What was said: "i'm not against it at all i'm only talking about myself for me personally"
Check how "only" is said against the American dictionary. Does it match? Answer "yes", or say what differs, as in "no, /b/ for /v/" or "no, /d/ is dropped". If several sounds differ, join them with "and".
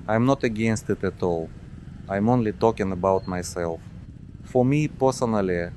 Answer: yes